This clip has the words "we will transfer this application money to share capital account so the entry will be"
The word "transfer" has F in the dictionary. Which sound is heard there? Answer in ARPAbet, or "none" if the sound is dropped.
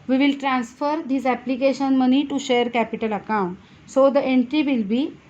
F